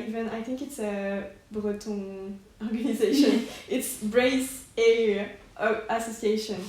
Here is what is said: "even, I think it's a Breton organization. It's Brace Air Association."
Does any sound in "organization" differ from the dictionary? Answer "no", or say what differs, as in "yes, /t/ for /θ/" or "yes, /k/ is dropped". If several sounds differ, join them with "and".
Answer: no